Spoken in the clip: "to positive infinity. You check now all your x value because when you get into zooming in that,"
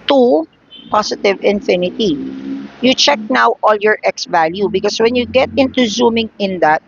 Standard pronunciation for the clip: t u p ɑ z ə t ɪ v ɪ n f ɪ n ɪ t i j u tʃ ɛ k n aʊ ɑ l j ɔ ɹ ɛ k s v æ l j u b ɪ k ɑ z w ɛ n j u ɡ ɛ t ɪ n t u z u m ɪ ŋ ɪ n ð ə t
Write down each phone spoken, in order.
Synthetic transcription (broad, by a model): t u p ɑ s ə t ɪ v ɪ n f ɪ n ɪ t i j u tʃ ɛ k n aʊ ɑ l j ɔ ɹ ɛ k s v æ l j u b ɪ k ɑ s w ɛ n j u ɡ ɛ t ɪ n t u z u m ɪ ŋ ɪ n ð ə t